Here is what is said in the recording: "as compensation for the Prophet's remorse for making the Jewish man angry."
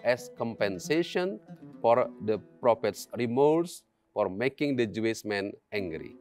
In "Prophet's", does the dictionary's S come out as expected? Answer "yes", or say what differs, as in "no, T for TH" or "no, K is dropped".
yes